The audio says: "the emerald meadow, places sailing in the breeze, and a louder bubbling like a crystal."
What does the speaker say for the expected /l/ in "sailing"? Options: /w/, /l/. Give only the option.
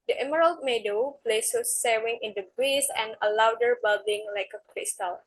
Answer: /w/